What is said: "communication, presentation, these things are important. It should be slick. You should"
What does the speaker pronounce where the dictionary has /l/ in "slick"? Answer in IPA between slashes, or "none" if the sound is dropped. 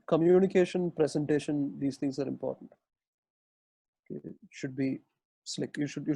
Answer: /l/